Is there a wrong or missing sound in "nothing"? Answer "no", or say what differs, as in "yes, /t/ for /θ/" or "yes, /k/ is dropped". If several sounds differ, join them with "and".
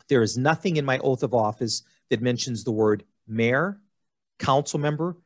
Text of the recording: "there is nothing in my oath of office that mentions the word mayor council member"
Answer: no